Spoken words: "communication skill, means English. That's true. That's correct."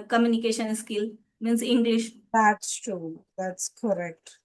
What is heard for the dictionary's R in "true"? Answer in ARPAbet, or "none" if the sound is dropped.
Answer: none